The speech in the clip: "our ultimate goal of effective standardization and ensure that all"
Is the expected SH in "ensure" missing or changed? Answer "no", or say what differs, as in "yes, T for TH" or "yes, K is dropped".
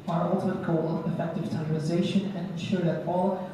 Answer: no